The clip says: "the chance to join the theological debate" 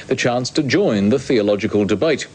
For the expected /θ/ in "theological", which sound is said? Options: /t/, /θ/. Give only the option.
/θ/